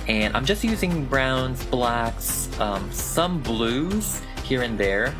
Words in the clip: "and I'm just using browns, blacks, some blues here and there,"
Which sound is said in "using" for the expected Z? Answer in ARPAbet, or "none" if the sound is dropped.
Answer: Z